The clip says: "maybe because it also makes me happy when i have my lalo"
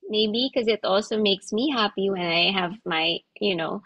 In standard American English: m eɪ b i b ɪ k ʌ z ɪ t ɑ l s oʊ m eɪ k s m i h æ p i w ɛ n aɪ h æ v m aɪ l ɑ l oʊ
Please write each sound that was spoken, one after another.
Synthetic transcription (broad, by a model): m eɪ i b ɪ k ʌ z ɪ t ɑ l s oʊ m eɪ k s m i h æ p i w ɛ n aɪ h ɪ v m aɪ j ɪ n oʊ